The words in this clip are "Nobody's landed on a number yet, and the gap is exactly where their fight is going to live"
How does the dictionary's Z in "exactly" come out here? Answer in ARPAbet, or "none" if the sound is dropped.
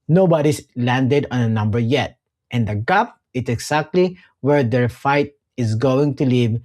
S